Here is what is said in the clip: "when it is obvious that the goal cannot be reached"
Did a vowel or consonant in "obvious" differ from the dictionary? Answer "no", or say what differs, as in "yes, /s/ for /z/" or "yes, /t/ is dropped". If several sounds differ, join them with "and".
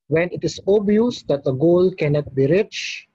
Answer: yes, /v/ is dropped